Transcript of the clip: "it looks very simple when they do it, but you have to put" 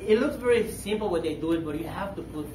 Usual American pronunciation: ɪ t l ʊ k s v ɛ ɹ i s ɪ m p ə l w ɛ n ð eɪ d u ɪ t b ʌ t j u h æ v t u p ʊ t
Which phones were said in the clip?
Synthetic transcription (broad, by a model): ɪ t l ʊ k s v ɛ ɹ i s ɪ m p l w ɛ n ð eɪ d u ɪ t b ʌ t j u h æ f t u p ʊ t